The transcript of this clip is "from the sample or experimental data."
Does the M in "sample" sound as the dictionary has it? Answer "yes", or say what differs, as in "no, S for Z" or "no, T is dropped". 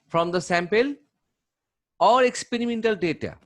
yes